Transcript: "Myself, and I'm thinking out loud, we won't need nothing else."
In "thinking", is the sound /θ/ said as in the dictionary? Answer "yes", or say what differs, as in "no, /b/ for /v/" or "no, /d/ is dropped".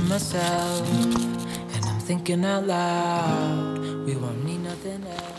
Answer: yes